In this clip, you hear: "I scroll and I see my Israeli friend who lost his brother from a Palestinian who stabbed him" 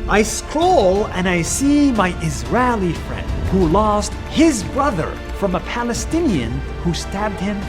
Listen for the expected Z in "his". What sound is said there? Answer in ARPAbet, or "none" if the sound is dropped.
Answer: Z